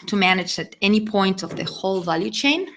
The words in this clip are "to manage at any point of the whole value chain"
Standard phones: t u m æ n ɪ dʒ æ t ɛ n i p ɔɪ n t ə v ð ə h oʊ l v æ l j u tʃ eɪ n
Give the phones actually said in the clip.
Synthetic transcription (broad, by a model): t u m æ n ɪ dʒ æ t ɛ n i p ɔɪ n t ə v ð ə h oʊ l v æ l j u tʃ eɪ n